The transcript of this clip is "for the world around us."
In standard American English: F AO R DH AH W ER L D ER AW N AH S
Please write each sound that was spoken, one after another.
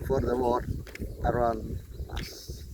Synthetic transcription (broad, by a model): F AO R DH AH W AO D ER AW N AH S